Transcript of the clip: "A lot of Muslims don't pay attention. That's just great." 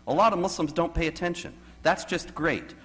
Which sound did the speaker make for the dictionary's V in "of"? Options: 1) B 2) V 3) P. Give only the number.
2